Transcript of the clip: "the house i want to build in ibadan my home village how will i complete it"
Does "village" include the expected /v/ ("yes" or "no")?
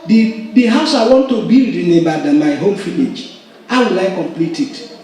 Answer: no